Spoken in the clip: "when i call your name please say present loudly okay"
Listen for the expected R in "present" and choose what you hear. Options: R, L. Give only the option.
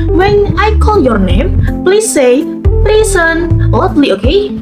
L